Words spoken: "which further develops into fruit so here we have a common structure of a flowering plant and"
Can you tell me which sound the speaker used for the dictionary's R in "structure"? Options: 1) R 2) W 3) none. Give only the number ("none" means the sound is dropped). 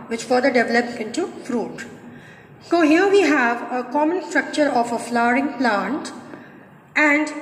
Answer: 1